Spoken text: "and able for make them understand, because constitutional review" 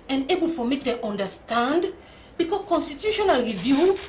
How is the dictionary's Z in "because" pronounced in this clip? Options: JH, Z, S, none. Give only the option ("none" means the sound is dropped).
none